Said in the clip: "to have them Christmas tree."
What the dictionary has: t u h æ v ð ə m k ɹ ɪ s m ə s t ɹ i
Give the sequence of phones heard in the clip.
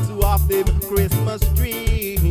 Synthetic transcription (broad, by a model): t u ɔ f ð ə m k ɹ ɪ s m ə s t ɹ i